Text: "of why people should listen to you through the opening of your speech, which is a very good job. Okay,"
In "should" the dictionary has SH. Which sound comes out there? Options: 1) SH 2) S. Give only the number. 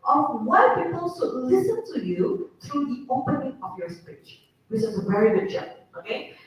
2